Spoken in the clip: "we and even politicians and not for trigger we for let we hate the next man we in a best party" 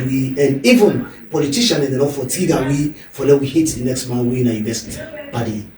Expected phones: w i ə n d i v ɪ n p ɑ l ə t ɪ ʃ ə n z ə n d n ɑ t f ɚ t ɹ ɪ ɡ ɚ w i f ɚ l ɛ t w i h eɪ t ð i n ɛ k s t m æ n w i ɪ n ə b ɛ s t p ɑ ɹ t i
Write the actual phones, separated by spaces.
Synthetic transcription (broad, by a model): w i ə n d i v ɪ n p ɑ l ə t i ʃ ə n ə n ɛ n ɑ f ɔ t i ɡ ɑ w i f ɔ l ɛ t w i h eɪ t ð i n ɛ k s t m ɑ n w i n ə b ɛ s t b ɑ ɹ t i